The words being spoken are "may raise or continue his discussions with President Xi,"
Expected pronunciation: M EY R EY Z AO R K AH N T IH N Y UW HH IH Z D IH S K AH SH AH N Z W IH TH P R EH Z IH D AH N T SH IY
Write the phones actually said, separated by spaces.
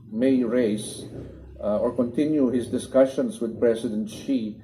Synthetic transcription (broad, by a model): M EY R EY S AO R K AH N T IH N Y UW HH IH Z D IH S K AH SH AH N S W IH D P R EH S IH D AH N T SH IY